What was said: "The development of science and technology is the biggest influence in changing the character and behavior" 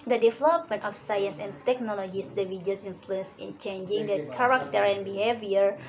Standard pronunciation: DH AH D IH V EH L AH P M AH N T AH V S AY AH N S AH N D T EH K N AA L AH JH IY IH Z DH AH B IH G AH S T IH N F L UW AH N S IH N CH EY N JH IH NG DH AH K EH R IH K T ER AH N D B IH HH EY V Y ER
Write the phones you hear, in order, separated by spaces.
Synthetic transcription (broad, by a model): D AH D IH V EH L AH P M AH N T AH F S AY AH N S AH N T EH K N AA L AH JH IY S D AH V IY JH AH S IH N F L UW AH N S IH N CH EY N JH IH NG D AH K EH R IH K T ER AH N B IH HH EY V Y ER